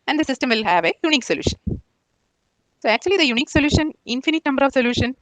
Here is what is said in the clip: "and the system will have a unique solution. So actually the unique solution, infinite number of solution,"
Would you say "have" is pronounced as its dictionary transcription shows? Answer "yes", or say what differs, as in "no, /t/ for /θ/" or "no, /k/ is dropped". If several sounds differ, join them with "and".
yes